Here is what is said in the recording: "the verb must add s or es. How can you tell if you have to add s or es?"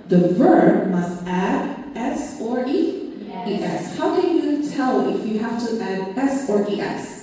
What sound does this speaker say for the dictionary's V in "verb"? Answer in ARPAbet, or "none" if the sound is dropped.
V